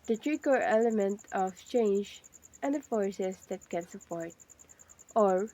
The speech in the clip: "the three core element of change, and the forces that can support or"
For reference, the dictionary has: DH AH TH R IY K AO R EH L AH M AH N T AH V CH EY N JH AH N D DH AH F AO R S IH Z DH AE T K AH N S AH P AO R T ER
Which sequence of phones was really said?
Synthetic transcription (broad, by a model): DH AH T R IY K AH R EH L AH M AH N T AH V CH EY N JH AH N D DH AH F AO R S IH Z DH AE T K AH N S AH P AO R T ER